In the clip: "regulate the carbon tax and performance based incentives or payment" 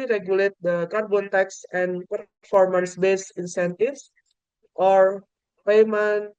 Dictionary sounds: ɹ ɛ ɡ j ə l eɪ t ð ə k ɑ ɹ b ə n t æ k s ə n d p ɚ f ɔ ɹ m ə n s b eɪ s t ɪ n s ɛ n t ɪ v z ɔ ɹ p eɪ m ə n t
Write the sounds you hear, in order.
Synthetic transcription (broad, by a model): ɹ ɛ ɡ j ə l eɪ t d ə k ɑ ɹ b ə n t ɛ k s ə n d p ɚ f ɔ ɹ m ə n s b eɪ s ɪ n s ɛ n t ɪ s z ɔ ɹ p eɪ m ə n